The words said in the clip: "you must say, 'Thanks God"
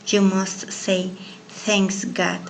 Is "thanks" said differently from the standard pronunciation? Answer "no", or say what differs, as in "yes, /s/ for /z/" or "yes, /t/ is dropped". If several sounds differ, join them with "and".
no